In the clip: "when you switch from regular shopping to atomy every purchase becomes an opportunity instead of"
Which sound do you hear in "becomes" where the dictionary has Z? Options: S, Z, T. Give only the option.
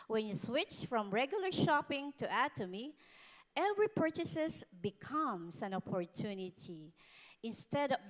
S